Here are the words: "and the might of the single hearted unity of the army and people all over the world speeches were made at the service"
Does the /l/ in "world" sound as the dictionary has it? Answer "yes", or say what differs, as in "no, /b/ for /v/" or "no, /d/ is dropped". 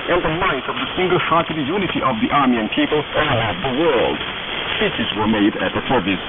yes